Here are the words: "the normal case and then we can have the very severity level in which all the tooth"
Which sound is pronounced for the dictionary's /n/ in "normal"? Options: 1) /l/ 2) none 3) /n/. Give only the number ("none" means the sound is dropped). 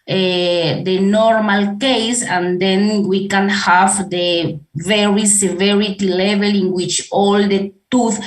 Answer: 3